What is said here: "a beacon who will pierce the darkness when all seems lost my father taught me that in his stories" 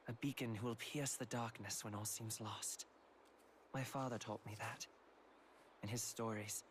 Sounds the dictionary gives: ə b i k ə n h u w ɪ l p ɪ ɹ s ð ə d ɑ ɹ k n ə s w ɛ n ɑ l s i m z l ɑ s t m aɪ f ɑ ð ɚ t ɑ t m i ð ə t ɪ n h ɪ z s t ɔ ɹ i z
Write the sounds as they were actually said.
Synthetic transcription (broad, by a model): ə b i k ə n h u w ɪ l p ɪ ɹ s ð ə d ɑ ɹ k n ə s w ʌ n ɑ l s i m z l ɑ s t m aɪ f ɑ ð ɚ t ɑ t m i ð ə t ɪ n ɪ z s t ɔ ɹ i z